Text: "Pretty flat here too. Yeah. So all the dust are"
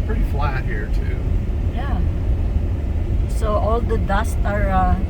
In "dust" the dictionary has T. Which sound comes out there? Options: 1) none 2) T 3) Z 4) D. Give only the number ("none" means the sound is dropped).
2